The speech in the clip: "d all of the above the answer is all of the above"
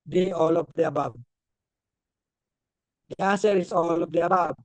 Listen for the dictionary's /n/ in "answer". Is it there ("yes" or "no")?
no